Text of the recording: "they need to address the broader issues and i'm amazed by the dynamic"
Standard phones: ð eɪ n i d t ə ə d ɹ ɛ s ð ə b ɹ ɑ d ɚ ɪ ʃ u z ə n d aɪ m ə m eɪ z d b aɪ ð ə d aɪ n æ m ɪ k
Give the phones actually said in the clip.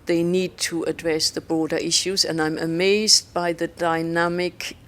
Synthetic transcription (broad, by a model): ð eɪ n i d t ə ə d ɹ ɛ s ð ə b ɹ ɑ d ɚ ɪ ʃ u z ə n aɪ m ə m eɪ z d b aɪ ð ə d aɪ n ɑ m ɪ k